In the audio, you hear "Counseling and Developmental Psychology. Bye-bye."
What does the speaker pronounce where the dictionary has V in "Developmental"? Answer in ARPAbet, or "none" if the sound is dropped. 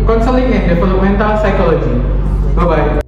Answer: F